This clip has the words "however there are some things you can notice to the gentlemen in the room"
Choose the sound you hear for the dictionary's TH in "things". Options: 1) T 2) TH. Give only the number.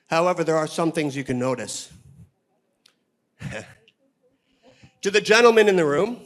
2